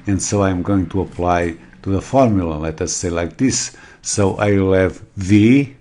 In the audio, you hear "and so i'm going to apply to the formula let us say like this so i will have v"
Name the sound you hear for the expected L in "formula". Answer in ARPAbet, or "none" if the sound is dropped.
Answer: L